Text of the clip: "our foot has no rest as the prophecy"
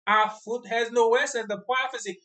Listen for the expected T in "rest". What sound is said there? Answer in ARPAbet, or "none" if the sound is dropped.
none